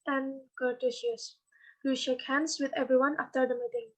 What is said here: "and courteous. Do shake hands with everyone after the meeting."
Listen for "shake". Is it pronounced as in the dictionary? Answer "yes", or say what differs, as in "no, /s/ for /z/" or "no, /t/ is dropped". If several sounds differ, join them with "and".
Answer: yes